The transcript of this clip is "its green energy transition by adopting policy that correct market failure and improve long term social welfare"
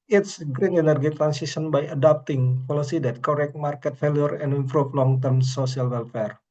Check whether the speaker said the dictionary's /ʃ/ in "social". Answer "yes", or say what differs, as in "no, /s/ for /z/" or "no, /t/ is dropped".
no, /s/ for /ʃ/